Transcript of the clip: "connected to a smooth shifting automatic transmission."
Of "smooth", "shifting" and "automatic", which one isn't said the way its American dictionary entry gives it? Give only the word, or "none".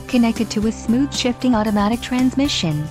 none